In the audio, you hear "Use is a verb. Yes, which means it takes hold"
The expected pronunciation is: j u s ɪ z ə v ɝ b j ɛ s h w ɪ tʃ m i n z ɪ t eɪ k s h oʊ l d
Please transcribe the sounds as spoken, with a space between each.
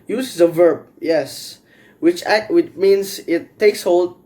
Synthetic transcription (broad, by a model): j u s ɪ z ə v ɝ b j ɛ s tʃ w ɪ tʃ m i n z ɪ t eɪ k s h oʊ l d